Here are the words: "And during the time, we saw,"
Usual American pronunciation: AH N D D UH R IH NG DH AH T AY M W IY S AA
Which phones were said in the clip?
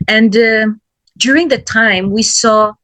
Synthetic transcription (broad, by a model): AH N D D UH R IH NG DH AH T AY M W IY S AA